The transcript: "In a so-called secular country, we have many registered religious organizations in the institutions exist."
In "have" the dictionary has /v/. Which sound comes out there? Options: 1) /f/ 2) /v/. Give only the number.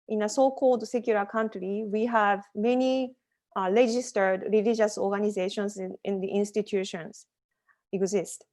2